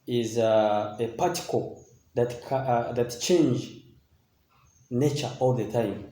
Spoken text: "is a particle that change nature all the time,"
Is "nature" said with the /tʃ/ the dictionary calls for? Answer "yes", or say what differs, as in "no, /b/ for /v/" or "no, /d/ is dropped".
yes